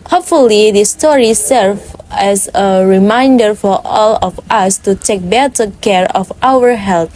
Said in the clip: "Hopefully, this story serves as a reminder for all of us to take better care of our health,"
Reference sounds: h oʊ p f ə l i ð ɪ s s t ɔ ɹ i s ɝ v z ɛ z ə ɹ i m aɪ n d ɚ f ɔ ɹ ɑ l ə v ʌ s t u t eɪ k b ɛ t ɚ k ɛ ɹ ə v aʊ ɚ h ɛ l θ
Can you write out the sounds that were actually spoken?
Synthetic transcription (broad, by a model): h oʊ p f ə l i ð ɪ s s t ɔ ɹ i s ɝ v ɛ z ə ɹ i m aɪ n d ɚ f ɔ ɹ ɑ l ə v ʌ s t u t eɪ k b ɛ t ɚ k ɛ ɹ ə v aʊ ɚ h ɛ l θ